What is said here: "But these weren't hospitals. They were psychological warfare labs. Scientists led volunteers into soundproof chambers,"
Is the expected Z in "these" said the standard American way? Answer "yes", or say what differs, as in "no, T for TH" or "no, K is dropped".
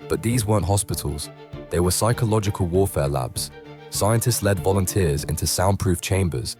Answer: yes